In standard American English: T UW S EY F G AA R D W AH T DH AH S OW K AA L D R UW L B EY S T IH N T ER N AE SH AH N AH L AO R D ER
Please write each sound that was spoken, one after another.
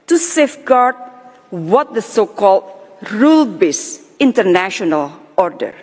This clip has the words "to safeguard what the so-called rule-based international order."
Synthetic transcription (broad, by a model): T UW S EY F G AA R D W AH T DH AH S OW K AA L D R UW L B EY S IH N T ER N AE SH AH N AH L AO R D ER